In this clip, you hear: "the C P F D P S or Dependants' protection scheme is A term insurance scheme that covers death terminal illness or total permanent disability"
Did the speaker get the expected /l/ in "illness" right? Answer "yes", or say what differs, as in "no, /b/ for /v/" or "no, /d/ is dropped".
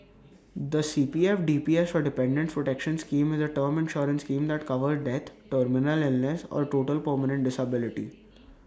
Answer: yes